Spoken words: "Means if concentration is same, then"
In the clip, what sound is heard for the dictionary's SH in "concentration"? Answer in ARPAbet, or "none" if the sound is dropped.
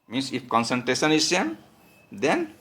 S